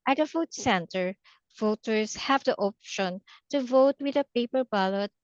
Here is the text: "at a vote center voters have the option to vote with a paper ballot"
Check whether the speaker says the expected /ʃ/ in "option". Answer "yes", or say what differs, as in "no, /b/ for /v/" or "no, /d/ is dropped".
yes